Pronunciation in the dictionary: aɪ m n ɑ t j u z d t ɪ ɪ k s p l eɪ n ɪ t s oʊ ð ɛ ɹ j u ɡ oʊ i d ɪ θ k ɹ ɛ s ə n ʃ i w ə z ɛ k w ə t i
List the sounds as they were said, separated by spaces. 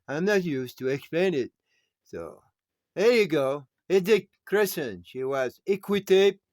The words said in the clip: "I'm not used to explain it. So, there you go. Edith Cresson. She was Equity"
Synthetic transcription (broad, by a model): aɪ m n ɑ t j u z t ɪ ɪ k s p l eɪ n ɪ t s oʊ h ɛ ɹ j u ɡ oʊ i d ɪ k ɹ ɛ s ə n ʃ i w ə z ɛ k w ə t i